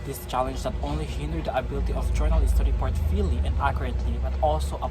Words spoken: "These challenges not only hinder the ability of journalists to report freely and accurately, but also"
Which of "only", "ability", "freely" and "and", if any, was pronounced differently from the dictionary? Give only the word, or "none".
freely